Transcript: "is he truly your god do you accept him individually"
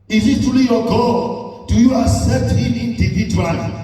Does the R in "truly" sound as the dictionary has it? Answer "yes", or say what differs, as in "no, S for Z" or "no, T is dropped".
no, R is dropped